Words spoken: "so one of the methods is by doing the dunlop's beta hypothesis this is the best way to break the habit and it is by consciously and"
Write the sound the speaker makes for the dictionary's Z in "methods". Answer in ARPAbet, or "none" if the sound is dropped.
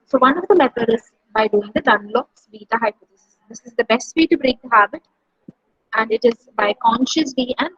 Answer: none